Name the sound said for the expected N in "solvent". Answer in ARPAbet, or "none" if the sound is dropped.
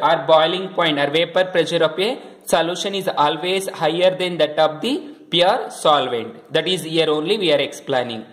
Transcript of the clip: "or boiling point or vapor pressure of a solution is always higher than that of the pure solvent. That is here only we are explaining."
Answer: N